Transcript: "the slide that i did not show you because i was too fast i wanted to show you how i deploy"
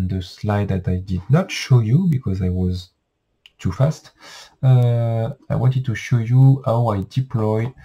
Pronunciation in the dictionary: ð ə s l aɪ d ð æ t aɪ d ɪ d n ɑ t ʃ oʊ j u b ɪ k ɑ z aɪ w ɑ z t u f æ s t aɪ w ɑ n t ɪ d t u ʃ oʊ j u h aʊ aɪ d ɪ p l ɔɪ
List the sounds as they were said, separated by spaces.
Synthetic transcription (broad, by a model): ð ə s l aɪ d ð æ t aɪ d ɪ d n ɑ t ʃ oʊ j u b ɪ k ɑ z aɪ w ɑ z t u f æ s t aɪ w ɑ n t ɪ d t u ʃ oʊ j u h aʊ aɪ d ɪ p l ɔɪ